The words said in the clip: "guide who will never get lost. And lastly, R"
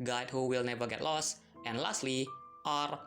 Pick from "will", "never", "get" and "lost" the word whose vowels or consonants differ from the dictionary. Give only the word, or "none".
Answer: none